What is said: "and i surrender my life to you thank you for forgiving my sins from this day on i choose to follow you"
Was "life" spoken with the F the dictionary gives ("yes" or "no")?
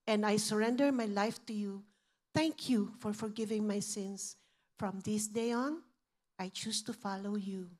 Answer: yes